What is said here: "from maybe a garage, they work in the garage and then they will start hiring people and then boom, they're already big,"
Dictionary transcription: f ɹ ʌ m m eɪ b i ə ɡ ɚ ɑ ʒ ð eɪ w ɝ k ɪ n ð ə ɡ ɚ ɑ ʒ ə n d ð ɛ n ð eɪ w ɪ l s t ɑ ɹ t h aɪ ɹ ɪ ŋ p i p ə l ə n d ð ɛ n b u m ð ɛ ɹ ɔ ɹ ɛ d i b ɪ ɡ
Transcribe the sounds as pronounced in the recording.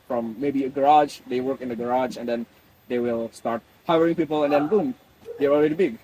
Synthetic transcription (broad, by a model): f ɹ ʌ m m eɪ b i ə ɡ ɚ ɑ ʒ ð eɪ w ɝ k ɪ n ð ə ɡ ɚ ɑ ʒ ə n d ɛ n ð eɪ w ɪ l s t ɑ ɹ t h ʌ ɹ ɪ ŋ p i p ə l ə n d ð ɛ n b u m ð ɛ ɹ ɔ l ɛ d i b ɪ ɡ